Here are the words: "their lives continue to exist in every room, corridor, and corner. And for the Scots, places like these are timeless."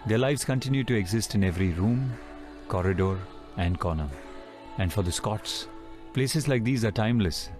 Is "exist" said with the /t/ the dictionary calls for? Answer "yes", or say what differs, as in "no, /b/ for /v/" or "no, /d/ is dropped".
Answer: yes